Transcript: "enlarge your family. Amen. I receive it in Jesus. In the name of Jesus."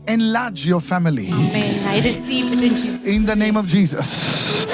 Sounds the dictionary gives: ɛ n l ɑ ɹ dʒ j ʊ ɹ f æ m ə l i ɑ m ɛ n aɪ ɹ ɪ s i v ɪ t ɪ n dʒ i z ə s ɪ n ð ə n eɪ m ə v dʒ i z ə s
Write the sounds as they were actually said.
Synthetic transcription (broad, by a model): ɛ n l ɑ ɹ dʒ j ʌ f æ m ə l i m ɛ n aɪ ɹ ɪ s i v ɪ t ɪ n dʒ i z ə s ɪ n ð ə n eɪ m ə v dʒ i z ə s